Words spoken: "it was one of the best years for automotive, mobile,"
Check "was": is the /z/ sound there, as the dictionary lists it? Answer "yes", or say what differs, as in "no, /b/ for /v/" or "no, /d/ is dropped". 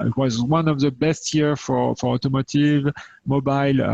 yes